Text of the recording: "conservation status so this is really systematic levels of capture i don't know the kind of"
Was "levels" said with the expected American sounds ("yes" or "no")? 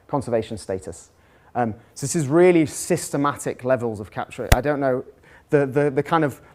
yes